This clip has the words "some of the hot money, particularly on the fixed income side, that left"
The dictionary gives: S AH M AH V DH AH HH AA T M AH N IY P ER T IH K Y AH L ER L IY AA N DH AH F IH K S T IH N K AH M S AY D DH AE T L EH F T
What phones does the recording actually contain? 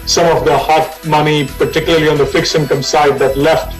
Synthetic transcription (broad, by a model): S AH M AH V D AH HH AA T M AH N IY P ER T IH K Y AH L ER L IY AA N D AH F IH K S IH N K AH M S AY D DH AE T L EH F T